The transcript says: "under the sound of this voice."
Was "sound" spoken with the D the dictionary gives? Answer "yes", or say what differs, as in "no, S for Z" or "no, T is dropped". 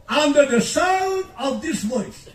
no, D is dropped